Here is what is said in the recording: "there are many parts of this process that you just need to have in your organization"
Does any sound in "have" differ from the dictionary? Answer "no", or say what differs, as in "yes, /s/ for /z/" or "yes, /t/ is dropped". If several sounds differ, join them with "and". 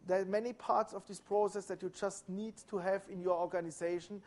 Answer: no